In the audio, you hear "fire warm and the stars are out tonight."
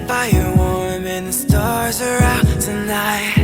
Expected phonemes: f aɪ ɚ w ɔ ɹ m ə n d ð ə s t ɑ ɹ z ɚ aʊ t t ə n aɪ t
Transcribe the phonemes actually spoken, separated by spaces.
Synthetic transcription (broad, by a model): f aɪ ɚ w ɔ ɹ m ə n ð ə s t ɑ ɹ z ɚ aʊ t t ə n aɪ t